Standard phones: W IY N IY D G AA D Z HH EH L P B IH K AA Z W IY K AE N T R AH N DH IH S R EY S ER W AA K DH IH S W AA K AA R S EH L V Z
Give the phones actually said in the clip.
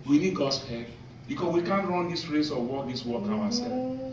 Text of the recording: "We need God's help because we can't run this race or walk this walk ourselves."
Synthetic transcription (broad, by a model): W IY N IY D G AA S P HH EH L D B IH K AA S W IY K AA N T R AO N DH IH S R EY S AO W AA K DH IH S W AA K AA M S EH